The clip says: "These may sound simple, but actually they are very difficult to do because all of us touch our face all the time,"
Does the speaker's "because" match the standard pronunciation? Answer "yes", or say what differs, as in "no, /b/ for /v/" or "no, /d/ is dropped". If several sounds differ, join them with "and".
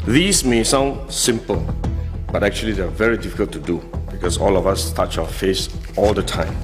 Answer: no, /s/ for /z/